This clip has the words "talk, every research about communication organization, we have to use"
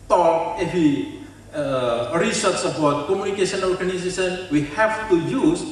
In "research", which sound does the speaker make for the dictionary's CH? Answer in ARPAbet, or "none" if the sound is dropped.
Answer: S